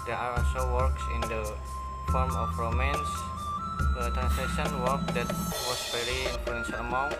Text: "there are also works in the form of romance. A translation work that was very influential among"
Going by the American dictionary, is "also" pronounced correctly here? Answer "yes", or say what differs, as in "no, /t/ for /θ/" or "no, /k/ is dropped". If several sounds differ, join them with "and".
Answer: no, /l/ is dropped